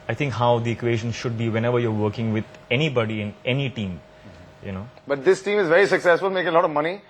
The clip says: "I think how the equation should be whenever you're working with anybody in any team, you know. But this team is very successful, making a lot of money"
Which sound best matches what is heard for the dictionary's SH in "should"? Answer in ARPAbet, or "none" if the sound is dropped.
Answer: SH